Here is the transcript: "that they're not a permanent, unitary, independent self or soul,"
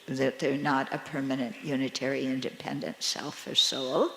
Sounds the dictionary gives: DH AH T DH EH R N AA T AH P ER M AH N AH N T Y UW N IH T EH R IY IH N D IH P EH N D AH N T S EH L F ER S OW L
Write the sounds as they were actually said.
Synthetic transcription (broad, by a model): DH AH T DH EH R N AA T AH P ER M AH N AH N T Y UW N IH T EH R IY IH N D IH P EH N D AH N T S EH L F ER S OW L